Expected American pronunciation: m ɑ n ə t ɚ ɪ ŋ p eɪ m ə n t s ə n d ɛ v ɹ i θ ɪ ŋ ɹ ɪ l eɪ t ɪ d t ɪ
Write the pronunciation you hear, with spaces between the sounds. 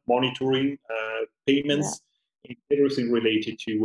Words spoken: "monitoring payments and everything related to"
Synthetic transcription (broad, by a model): m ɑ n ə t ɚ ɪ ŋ p eɪ m ə n t s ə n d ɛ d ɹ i s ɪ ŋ ɹ ɪ l eɪ t ɪ d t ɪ